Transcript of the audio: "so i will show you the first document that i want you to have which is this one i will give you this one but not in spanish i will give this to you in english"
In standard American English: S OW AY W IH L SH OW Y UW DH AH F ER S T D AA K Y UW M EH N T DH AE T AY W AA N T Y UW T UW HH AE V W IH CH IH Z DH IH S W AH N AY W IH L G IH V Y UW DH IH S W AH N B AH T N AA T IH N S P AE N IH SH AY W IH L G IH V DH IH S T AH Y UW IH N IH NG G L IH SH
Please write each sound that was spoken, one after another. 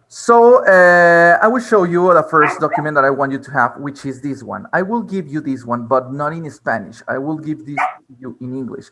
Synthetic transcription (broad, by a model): S OW AY W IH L SH OW Y UW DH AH F ER S T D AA K Y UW M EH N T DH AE T AY W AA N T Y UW T UW HH AE V W IH CH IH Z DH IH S W AH N AY W IH L G IH V Y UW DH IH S W AH N B AH T N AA T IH N S P AE N IH SH AY W IH L G IH V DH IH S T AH Y UW IH N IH NG G L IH SH